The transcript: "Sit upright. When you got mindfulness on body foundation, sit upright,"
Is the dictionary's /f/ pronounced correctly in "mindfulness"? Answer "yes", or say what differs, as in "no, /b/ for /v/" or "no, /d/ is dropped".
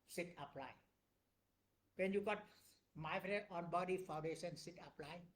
no, /f/ is dropped